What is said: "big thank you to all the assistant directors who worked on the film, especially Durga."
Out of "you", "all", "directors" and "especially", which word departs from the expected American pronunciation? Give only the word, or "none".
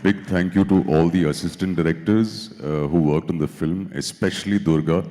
none